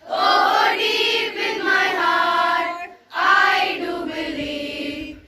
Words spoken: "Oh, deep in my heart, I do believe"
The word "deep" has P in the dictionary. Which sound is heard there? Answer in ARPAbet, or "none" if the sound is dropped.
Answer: B